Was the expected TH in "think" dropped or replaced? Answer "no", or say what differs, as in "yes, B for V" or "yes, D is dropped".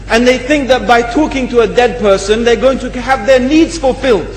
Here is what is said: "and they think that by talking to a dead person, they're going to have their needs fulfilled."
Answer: no